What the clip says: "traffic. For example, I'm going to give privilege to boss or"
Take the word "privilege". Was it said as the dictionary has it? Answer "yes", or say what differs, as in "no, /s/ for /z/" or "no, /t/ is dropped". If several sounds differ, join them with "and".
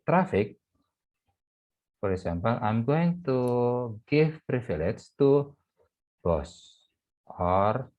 no, /f/ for /v/